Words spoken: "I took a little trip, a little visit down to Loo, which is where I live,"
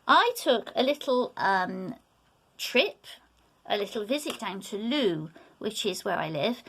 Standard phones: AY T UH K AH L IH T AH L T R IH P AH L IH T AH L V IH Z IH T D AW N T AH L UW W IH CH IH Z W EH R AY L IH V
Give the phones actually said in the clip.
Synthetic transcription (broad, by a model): AY T UH K AH L IH T AH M T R IH P AH L IH T L V IH Z IH T D AW N T AH L UW W IH CH IH Z W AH R AY L IH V